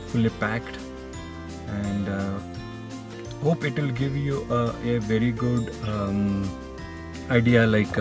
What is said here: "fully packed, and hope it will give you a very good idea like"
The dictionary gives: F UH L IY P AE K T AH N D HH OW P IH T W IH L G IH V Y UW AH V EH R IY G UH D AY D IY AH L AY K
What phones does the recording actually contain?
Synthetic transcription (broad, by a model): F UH L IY P AE K T AH N D HH OW P IH T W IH L G IH V Y UW AH V EH R IY G UH D AY D IY AH L AY K